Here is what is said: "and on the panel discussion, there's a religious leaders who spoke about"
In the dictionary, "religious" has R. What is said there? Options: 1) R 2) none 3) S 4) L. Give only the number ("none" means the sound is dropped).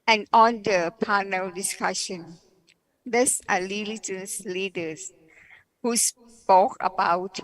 4